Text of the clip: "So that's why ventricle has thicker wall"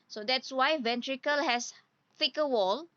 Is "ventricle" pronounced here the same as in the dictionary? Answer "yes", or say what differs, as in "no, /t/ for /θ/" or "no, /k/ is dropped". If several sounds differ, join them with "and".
yes